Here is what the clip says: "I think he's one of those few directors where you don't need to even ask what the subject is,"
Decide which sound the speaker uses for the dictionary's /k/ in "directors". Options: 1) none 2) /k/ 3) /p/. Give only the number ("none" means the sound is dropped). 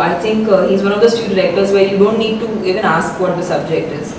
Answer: 1